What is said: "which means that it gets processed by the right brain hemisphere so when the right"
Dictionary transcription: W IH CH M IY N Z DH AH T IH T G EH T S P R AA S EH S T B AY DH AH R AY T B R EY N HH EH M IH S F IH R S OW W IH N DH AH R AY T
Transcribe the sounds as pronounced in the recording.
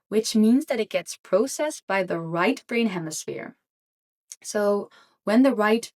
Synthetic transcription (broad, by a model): W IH CH M IY N Z DH AH T IH T G EH T S P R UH S EH S B AY DH AH R AY T B R EY N HH EH M IH S F IH R S OW W IH N DH AH R AY T